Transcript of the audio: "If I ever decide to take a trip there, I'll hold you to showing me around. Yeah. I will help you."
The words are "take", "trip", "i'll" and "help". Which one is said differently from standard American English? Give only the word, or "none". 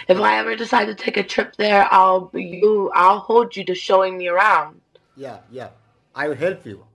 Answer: help